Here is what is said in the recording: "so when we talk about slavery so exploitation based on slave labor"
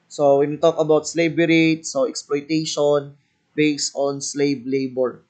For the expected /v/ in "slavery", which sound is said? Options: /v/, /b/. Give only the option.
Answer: /b/